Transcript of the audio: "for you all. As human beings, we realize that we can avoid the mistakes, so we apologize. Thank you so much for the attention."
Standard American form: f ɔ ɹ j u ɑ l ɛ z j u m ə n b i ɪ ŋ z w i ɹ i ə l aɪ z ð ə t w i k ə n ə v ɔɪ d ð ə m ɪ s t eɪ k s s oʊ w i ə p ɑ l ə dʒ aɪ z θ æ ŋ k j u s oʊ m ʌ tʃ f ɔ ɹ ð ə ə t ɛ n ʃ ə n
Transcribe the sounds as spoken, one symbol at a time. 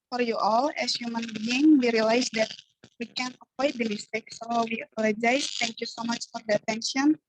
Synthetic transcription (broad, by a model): f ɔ ɹ j u ɑ l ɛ s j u m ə n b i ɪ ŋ w i ɹ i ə l aɪ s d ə t w i k ə n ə p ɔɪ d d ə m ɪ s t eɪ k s s oʊ w i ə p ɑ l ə dʒ aɪ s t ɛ ŋ k j u s oʊ m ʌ tʃ f ɔ ɹ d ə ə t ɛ n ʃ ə n